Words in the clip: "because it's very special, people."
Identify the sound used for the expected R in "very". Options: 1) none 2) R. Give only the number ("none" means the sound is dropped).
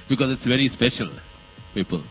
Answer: 2